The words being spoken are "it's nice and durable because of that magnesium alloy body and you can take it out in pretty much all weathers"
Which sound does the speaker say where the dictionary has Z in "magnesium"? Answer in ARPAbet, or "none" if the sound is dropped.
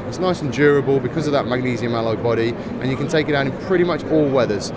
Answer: Z